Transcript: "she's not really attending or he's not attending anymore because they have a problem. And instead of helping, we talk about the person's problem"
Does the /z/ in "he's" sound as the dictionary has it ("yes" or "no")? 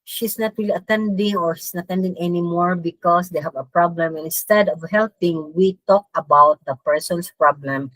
no